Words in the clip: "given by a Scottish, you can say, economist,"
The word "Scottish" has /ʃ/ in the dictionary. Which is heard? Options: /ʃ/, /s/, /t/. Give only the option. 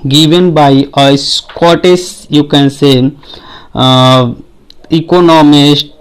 /s/